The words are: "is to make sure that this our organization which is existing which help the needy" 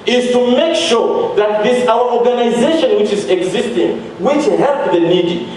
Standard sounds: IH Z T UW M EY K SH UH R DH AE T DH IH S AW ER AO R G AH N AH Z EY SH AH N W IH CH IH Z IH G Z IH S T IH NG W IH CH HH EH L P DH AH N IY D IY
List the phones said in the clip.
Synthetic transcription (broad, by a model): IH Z T UW M EY K SH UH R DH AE T DH IH S AW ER AO R G AH N AH Z EY SH AH N W IH CH IH Z IH G Z IH S T IH NG W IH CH HH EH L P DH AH N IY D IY